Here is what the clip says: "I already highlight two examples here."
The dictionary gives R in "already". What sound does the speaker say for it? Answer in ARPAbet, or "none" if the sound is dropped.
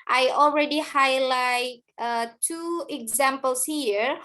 R